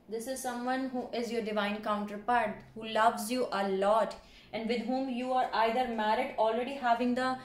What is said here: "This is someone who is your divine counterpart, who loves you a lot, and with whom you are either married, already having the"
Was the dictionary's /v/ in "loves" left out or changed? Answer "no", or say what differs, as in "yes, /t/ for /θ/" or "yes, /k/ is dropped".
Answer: no